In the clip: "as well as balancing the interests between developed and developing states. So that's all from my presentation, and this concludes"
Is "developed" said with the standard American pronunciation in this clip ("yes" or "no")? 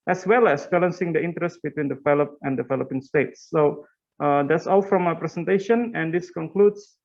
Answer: no